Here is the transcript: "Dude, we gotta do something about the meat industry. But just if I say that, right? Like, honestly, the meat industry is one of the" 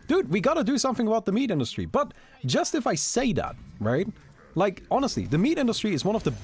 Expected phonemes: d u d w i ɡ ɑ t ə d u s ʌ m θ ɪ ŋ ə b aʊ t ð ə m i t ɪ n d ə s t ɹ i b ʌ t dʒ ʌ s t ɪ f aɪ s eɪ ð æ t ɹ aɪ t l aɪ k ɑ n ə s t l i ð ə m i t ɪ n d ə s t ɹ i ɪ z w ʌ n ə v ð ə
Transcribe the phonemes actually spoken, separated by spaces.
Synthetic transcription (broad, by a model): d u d w i ɡ ɑ t ə d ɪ s ʌ m θ ɪ ŋ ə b aʊ t ð ə m i t ɪ n d ə s t ɹ i b ʌ t dʒ ʌ s t ɪ f aɪ s eɪ ð æ t ɹ aɪ t l aɪ k ɑ n ə s t l i ð ə m i t ɪ n d ə s t ɹ i ɪ z w ʌ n ə v ð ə